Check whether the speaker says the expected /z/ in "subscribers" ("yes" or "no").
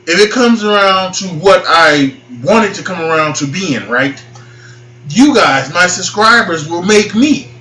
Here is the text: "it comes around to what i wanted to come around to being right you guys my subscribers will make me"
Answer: yes